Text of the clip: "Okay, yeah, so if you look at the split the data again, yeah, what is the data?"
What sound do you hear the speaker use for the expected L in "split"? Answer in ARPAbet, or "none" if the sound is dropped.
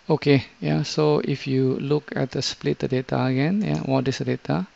L